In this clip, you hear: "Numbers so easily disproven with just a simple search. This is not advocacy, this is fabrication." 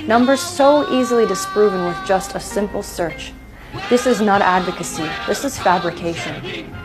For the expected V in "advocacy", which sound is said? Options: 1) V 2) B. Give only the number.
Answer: 1